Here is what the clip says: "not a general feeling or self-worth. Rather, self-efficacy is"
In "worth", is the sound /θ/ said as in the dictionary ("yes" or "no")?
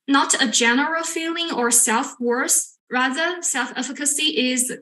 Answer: no